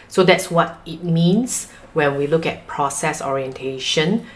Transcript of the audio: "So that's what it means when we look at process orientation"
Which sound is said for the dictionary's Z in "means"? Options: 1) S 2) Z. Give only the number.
1